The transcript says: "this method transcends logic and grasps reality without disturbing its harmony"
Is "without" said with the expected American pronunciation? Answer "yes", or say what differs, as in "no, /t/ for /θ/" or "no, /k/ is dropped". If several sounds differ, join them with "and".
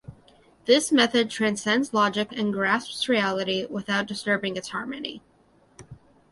yes